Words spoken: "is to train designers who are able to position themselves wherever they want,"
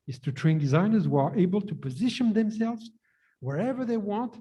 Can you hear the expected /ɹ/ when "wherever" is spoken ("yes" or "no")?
yes